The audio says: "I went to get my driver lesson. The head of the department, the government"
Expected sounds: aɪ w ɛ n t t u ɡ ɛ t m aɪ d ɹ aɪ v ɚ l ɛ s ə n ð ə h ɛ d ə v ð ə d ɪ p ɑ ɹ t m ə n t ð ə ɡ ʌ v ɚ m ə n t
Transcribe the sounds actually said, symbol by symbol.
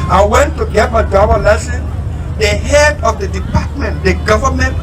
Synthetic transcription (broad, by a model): aɪ w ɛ n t t u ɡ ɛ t m aɪ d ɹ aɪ b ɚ l ɛ s ə n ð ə h ɛ d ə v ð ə d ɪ p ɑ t m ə n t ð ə ɡ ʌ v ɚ m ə n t